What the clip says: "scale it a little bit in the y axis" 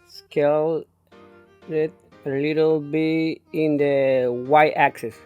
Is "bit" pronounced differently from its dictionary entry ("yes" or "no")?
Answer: yes